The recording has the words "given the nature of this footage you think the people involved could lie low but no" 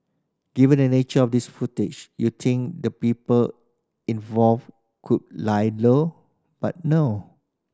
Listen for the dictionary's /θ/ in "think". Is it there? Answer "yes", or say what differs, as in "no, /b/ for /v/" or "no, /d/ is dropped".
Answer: no, /t/ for /θ/